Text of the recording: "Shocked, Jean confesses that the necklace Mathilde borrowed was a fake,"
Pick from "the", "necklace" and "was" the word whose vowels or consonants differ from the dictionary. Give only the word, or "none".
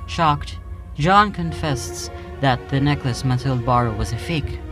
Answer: none